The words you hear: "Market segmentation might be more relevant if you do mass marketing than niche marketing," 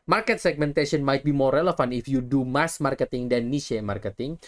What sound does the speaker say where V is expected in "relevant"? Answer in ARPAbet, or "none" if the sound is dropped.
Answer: F